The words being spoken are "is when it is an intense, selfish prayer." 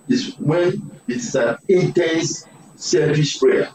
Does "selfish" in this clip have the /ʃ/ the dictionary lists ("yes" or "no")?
no